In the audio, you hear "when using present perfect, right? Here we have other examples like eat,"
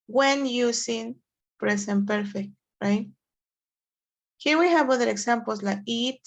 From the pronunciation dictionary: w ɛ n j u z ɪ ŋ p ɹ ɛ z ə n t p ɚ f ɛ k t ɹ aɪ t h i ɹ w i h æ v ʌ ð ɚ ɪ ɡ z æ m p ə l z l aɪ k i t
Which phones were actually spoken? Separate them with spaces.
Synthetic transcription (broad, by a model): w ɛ n j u s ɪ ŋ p ɹ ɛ s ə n p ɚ f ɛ k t ɹ aɪ t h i w i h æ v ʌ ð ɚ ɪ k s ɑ m p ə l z l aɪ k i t